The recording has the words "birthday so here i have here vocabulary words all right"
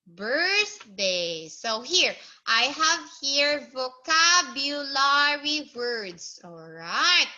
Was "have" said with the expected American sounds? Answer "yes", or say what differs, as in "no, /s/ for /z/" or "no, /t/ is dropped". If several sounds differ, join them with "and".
yes